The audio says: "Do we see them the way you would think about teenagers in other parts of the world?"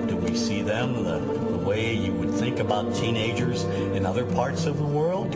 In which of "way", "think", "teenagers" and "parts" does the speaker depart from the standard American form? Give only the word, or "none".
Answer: none